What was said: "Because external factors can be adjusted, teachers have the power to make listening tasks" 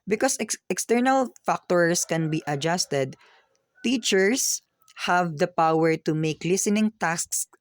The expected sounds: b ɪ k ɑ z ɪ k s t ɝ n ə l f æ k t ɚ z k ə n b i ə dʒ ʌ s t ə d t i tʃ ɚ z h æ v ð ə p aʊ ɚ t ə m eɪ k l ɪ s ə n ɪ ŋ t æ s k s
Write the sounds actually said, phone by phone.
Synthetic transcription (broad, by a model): b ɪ k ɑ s ɪ k s t ɝ n ə l f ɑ k t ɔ s k ə n b i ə dʒ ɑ s t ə d t i tʃ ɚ s h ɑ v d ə p aʊ ɚ t ə m eɪ k l ɪ s ə n ɪ ŋ t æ s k s